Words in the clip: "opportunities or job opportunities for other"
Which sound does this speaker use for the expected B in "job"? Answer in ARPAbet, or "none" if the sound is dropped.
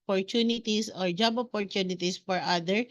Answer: B